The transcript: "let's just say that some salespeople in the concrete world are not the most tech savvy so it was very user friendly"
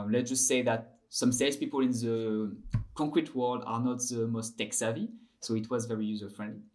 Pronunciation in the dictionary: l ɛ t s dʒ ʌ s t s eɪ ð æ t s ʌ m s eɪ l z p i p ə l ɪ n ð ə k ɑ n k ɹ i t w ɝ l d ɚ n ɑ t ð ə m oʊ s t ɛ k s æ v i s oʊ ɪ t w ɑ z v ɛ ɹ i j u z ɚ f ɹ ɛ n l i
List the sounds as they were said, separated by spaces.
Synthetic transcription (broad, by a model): l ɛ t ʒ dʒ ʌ s t s eɪ ð æ t s ʌ m s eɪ z p i p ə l ɪ n ð ə k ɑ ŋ k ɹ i t w ɝ l d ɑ n ɑ t ð ə m oʊ s t ɛ k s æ v i s oʊ ɪ t w ɑ z v ɛ ɹ i j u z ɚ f ɹ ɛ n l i